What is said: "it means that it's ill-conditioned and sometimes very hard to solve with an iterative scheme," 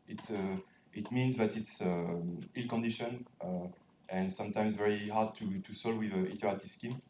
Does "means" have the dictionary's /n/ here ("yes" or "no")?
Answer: yes